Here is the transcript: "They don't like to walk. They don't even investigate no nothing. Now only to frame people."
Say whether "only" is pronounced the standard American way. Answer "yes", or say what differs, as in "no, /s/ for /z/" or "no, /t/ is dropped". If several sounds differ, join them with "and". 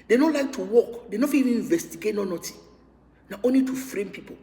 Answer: yes